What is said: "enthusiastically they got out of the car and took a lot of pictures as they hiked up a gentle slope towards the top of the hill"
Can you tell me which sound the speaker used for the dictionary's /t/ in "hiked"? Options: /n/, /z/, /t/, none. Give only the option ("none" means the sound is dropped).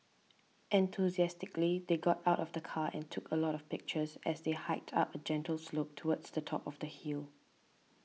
/t/